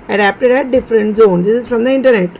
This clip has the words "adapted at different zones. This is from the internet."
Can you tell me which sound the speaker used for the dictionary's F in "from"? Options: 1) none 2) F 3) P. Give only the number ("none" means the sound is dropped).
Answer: 2